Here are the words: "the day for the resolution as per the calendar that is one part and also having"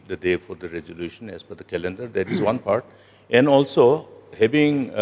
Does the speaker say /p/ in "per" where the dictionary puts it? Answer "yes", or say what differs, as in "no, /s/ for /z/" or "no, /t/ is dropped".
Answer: no, /f/ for /p/